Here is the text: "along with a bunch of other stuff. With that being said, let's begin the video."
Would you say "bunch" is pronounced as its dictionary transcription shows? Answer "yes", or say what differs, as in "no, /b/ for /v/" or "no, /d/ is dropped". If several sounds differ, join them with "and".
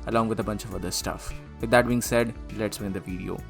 yes